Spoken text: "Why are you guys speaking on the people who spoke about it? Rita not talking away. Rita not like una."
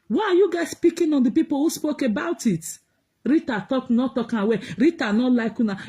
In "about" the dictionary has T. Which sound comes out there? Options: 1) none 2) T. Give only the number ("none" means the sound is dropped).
2